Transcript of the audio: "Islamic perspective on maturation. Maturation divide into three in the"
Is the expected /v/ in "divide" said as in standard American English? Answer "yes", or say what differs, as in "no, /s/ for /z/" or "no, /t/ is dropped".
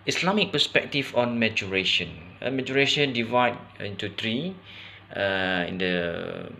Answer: yes